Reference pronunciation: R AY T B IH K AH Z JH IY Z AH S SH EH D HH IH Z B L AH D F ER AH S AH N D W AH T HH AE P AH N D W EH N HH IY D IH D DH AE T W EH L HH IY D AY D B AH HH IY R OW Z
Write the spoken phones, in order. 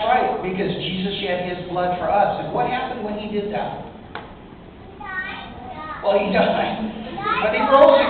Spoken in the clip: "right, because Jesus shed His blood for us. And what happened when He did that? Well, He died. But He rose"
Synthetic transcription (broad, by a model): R AY T B IH K AH Z JH IY Z AH S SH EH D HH IH Z B L AH D F ER AH S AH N W AH T HH AE P AH N D W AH N IY D IH D DH AE T W EH L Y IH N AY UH B AH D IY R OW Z